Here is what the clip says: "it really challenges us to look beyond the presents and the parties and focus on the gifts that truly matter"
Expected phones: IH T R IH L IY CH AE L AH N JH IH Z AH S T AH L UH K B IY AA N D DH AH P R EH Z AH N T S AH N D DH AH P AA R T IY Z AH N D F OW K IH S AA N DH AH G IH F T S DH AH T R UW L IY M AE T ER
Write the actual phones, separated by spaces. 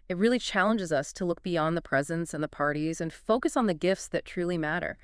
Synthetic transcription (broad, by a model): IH T R IH L IY CH AE L AH N JH IH Z AH S T AH L UH K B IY AA N DH AH P R EH Z AH N T S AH N DH AH P AA R T IY Z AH N F OW K IH S N DH AH G IH F T S DH AH T R UW L IY M AE T ER